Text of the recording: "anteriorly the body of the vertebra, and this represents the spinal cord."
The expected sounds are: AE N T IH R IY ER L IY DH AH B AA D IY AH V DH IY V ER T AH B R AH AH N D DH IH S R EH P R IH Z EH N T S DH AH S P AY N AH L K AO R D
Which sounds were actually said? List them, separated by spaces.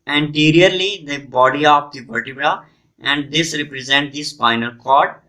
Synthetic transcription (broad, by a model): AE N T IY R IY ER L IY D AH B AA D IY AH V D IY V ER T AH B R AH AH N D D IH S R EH P R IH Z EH N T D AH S F AY N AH L K AO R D